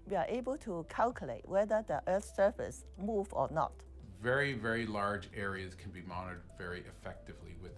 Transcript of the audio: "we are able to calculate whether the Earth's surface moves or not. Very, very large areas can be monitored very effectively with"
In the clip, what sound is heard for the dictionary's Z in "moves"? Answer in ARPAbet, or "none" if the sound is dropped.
none